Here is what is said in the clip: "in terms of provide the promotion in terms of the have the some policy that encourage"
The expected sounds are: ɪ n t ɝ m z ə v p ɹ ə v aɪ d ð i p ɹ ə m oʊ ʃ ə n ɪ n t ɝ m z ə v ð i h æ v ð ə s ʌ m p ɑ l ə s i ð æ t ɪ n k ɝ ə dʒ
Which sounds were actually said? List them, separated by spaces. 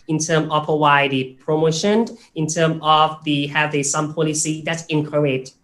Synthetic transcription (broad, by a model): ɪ n t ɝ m ə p ə w aɪ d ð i p ɹ ə m oʊ ʃ ə n ɪ n t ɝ m ə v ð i h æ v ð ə s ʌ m p ɑ l ə s i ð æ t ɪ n k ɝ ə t